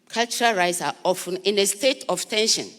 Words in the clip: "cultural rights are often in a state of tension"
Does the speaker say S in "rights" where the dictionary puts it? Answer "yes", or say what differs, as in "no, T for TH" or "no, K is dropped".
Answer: yes